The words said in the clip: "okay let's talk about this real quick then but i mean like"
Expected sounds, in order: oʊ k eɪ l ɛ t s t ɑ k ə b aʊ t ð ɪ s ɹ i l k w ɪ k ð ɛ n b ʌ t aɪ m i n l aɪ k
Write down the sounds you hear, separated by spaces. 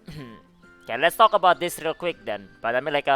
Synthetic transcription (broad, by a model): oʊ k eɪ l ɛ t s t ɑ k ə b aʊ t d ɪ s ɹ i l k w ɪ k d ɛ n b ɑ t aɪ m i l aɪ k